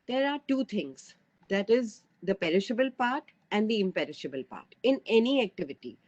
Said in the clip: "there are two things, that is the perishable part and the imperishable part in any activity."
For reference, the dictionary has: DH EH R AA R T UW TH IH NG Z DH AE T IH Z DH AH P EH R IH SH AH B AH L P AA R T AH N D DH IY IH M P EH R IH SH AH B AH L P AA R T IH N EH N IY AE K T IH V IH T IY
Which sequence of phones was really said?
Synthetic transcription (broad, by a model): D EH R AA R T UW T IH NG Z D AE T IH Z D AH P EH R IH SH AH B AH L P AA R T AH N D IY IH M P EH R IH SH AH B AH L P AA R T IH N EH N IY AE K T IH V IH T IY